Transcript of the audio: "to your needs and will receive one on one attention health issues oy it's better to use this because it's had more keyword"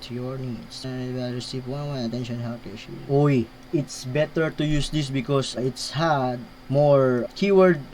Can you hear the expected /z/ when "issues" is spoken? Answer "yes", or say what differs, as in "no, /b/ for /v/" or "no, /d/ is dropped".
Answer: no, /z/ is dropped